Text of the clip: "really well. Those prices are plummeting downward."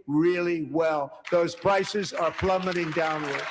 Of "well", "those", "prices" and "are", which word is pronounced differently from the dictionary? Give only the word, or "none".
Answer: none